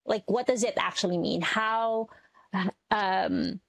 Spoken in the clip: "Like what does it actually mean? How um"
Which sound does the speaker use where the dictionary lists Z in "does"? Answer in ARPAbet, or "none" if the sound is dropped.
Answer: Z